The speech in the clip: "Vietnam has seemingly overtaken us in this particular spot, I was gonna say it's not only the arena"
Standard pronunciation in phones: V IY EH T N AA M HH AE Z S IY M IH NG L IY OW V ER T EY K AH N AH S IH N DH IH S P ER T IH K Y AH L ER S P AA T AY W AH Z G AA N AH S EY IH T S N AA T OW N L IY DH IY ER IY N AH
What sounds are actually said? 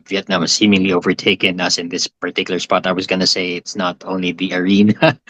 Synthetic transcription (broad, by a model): V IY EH T N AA M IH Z S IY M IH NG L IY OW V ER T EY K AH N AH S IH N DH IH S P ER T IH K Y L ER S P AA T AY W AH Z G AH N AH S EY IH T S N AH T OW N L IY DH IY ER IY N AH